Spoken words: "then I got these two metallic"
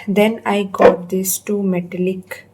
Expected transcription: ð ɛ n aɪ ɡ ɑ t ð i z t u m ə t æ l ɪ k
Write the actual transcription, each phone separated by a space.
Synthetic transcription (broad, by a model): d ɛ n aɪ ɡ ɑ t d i s t u m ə t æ l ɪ k